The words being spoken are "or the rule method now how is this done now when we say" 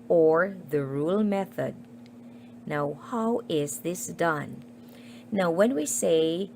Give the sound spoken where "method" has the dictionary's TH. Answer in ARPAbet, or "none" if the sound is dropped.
TH